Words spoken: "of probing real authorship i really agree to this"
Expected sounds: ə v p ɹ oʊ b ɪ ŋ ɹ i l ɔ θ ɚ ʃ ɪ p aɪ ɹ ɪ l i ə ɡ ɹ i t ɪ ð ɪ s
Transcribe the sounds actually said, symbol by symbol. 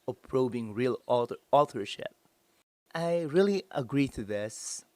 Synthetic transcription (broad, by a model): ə p ɹ oʊ b ɪ ŋ ɹ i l ɔ t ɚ ʃ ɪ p aɪ ɹ ɪ l i ə ɡ ɹ i t ɪ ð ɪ s